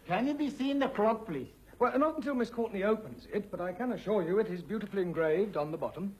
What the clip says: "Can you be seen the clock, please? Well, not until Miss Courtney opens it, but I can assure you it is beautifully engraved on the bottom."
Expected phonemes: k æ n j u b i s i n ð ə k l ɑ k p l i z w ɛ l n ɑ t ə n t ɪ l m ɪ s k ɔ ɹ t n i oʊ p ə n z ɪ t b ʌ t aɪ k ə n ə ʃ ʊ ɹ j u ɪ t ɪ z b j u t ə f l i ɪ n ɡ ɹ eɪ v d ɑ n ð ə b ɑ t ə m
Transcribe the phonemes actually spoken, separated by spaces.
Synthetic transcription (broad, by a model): k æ n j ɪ b i s i n ð ə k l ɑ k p l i s w ɛ l n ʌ t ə n t ɪ l m ɪ s k ɔ ɹ t n i oʊ p ə n z ɪ t b ʌ t aɪ k ə n ə ʃ ʊ ɹ j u ɪ t ɪ z b j u t ə f l i ɪ n ɡ ɹ eɪ v d n ð ə b ɑ t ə m